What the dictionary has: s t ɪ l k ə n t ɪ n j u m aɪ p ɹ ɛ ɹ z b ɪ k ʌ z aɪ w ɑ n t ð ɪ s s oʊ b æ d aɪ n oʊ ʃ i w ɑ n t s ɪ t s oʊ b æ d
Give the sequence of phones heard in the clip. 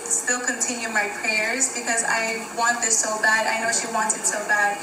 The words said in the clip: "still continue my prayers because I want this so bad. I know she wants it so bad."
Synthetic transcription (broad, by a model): s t ɪ l k ə n t ɪ n j u m aɪ p ɹ ɛ ɹ z b ɪ k ʌ z aɪ w ɑ n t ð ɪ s s oʊ b æ d aɪ n oʊ ʃ i w ɑ n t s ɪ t s oʊ b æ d